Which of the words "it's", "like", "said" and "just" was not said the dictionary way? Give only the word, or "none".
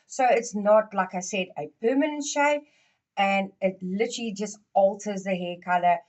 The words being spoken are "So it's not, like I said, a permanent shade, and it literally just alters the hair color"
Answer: none